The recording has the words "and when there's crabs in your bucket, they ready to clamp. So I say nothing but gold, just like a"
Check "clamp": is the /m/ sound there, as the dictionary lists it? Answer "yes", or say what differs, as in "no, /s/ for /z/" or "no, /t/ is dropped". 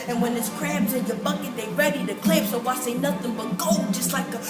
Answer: no, /m/ is dropped